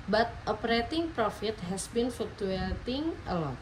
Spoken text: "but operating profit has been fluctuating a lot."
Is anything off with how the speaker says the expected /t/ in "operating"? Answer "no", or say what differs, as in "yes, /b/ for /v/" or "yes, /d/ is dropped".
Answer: no